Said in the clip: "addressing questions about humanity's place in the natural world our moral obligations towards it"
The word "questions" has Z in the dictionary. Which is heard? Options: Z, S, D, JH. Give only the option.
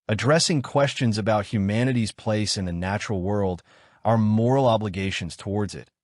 Z